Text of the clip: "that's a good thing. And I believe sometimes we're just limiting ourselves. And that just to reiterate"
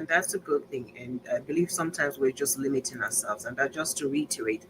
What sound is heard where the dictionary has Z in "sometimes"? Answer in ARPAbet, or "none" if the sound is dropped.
Z